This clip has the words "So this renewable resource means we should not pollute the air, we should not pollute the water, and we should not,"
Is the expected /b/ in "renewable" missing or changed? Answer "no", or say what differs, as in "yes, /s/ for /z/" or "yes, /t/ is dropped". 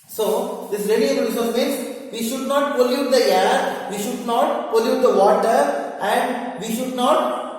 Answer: yes, /b/ is dropped